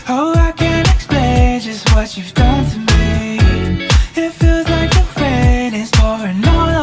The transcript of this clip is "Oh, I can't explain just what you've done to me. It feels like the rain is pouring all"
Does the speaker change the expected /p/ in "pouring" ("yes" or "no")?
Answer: yes